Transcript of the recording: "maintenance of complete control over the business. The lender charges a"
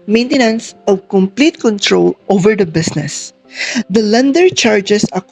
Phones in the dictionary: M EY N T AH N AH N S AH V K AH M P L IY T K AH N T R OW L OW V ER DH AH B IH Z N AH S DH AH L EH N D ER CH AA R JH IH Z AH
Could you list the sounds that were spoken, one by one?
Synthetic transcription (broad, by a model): M EY N T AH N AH N S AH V K AH M P L IY T K AH N T R OW L OW V ER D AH B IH S N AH S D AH L EH N D ER CH AA R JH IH S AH